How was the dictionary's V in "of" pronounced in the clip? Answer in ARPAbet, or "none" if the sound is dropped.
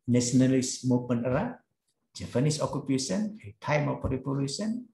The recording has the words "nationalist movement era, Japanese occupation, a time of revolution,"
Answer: P